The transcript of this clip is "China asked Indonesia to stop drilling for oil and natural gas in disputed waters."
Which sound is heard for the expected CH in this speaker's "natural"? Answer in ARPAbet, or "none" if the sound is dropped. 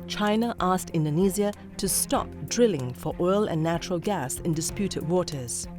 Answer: CH